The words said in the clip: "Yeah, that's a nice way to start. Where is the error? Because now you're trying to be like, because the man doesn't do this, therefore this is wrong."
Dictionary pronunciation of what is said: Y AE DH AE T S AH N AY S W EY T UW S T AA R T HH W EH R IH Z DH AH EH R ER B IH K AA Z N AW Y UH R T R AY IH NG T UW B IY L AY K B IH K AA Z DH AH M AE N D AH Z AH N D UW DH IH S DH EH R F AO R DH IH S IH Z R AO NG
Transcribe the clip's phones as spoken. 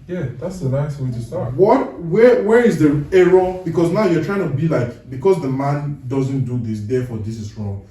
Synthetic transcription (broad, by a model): Y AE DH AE T S AH N AY S W EY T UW S T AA W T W W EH R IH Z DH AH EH R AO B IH K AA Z N AW Y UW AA T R AY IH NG T UW B IY L AY K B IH K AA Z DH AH M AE N D AH Z AH N D UW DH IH S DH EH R F AO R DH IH S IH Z R AO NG